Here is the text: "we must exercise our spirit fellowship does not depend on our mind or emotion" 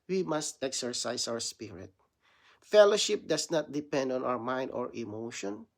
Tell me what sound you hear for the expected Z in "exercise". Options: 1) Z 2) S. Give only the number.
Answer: 2